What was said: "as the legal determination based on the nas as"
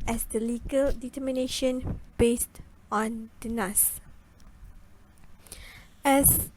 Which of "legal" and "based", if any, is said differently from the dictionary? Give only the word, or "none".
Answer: none